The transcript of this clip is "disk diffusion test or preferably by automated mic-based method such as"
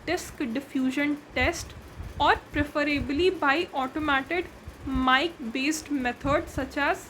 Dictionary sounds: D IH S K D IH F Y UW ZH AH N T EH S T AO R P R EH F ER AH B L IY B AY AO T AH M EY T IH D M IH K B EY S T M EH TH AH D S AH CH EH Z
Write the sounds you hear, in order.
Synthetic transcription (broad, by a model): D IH S K D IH F Y UW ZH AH N T EH S T AO R P R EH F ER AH B L IY B AY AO T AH M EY T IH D M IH K B EY S T M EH T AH D S AH CH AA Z